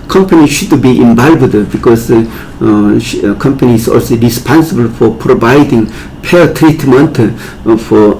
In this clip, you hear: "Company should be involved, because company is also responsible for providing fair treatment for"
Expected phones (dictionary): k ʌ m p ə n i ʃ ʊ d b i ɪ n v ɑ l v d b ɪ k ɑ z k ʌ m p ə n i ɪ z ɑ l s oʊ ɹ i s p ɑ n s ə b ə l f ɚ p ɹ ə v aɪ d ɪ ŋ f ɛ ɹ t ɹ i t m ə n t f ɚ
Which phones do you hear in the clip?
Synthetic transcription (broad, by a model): k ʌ m p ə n i ʃ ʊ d b i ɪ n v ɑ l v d b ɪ k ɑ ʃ k ʌ m p ə n i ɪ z ɑ l s oʊ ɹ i s p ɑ n s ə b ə l f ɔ p ɹ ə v aɪ d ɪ ŋ p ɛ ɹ t ɹ i t m ə n t f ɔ